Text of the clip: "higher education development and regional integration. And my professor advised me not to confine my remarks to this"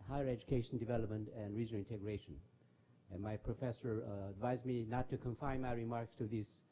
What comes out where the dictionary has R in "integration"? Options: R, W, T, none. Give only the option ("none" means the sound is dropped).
R